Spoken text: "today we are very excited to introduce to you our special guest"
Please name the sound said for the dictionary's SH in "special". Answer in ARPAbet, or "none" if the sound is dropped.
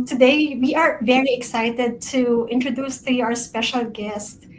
SH